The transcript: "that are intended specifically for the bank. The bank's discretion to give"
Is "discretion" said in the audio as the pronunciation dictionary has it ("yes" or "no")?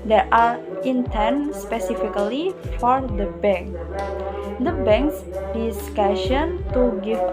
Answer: no